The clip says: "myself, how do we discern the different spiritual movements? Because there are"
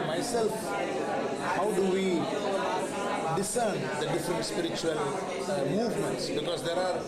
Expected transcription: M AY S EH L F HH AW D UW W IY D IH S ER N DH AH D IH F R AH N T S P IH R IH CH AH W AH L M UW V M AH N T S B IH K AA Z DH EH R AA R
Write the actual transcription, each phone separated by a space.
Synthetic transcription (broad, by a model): M AY S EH L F HH AW D UW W IY D IH S ER N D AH D IH F R AH N T S P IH R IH CH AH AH L M UW V M AH N T S B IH K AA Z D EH R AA R